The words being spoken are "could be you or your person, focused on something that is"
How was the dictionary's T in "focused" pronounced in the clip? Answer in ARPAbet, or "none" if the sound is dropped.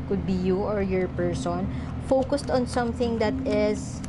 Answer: T